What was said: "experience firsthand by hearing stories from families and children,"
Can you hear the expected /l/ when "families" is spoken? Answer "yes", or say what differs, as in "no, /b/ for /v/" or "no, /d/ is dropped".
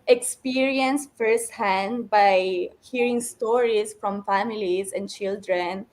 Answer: yes